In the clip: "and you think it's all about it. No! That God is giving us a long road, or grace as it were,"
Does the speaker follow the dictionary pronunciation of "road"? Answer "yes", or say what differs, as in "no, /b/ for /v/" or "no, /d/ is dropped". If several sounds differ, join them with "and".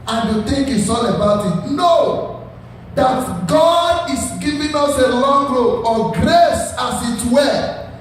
no, /d/ is dropped